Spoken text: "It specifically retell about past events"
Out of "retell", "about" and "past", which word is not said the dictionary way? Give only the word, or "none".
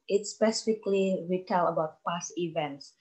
past